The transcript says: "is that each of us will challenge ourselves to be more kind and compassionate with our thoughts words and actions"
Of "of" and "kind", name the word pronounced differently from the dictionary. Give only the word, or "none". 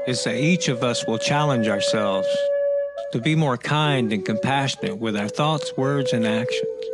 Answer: none